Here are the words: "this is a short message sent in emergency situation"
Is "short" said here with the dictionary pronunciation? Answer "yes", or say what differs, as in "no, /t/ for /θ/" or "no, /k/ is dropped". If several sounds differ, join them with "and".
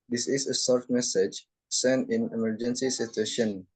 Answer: no, /s/ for /ʃ/